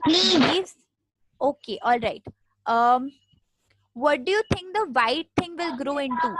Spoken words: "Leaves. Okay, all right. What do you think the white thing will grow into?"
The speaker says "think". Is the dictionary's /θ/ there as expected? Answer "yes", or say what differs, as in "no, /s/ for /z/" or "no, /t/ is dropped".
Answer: no, /t/ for /θ/